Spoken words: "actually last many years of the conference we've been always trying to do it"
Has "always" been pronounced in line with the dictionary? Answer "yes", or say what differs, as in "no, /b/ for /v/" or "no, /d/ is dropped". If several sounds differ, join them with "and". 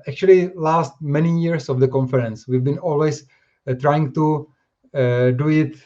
no, /s/ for /z/